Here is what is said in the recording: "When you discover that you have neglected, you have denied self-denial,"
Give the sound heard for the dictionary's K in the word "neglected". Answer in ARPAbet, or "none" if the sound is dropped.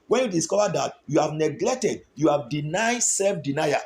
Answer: K